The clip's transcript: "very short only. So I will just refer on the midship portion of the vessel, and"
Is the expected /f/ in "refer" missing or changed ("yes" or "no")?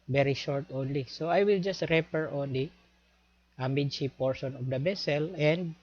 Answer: yes